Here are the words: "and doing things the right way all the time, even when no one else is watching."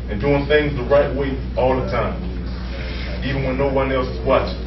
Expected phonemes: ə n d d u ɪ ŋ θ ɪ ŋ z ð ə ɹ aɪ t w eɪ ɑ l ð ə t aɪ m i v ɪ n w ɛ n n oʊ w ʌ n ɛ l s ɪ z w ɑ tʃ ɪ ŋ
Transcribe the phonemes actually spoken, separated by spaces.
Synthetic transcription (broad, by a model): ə n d d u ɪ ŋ θ ɪ ŋ z ð ə ɹ aɪ t w eɪ ɑ l ð ə t aɪ m i v ɪ n w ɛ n n oʊ w ʌ n ɛ l s w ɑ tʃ